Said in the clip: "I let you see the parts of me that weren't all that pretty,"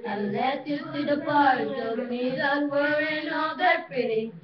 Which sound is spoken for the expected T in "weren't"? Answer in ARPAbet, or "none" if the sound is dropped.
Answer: none